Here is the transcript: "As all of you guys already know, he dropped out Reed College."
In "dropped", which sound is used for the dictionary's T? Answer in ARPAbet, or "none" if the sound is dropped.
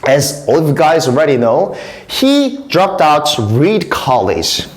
T